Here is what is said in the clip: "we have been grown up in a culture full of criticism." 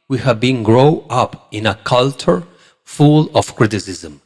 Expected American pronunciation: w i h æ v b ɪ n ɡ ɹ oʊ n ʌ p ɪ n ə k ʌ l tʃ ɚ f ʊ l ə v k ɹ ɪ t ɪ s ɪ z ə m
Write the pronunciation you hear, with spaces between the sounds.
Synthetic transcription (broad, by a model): w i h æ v b ɪ n ɡ ɹ oʊ ʌ p ɪ n ə k ʌ l tʃ ɚ f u l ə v k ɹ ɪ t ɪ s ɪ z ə m